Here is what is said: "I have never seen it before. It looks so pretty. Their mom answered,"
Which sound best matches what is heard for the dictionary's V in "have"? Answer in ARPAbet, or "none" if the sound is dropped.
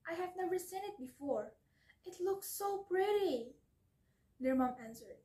V